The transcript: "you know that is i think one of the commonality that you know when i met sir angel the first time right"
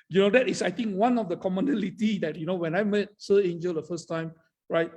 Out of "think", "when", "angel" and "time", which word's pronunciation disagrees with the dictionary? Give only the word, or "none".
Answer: think